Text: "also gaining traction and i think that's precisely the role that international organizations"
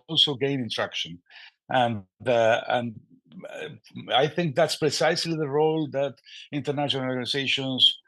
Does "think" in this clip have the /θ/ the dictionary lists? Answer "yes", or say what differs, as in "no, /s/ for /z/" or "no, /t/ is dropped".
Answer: yes